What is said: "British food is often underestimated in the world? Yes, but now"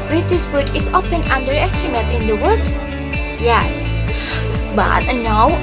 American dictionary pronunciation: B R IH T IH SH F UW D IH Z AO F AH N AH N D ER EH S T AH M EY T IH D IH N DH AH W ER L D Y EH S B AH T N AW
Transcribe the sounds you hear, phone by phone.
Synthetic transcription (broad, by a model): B R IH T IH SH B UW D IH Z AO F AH N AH N D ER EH S T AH M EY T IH IH N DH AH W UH D Y EH S B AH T N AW